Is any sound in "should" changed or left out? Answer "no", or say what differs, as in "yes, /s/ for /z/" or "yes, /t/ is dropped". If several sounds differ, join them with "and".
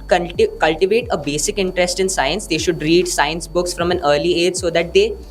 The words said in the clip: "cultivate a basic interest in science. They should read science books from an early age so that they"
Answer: no